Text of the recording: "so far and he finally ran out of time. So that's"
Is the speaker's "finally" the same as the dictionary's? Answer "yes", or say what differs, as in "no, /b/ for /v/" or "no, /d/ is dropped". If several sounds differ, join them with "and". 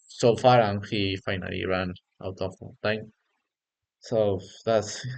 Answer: yes